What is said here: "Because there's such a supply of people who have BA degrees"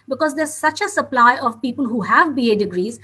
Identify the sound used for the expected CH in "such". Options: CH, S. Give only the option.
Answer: CH